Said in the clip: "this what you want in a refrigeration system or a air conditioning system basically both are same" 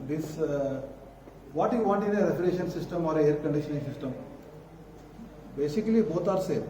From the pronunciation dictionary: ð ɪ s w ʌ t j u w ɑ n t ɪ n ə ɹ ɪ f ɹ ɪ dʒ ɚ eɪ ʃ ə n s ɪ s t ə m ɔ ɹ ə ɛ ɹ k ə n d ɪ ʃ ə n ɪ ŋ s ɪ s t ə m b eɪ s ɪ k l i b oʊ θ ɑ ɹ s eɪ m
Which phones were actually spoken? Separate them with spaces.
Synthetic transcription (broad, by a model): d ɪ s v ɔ t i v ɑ t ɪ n ə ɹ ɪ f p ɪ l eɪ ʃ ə n s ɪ s t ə m ɔ ɹ ə ɛ ɹ k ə n d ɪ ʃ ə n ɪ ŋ s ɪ s t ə m b eɪ s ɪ k l i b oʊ t ɑ ɹ s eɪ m